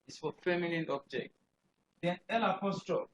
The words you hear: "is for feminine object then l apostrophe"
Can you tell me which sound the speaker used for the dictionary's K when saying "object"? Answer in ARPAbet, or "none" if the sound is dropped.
K